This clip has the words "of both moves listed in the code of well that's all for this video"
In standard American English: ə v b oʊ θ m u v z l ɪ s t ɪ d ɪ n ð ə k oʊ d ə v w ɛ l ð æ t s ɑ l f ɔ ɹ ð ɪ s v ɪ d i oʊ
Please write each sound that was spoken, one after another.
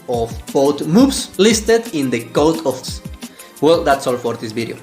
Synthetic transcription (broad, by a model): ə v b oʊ t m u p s l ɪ s t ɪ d ɪ n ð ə k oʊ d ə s w ɛ l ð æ t s ɑ l f ɔ ɹ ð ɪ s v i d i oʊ